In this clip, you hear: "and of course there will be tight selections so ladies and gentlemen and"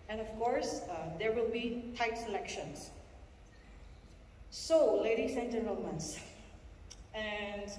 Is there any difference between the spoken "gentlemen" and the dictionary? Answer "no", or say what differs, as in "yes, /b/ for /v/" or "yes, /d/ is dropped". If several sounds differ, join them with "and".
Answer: yes, /l/ is dropped